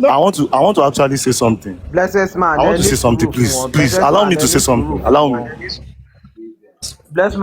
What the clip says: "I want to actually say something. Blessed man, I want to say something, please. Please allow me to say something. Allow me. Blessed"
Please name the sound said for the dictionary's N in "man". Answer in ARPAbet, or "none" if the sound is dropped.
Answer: none